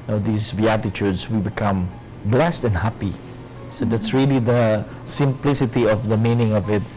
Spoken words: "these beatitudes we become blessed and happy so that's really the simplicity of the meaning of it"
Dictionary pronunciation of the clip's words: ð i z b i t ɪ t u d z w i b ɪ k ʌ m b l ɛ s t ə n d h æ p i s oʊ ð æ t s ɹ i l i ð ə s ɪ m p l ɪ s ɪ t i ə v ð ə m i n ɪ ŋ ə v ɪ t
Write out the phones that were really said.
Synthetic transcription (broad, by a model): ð i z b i t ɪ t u d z w i b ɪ k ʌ m b l ɛ s t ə n h æ p i s oʊ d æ t s ɹ i l i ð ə s ɪ m p l ɪ s ɪ t i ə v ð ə m i n ɪ ŋ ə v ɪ t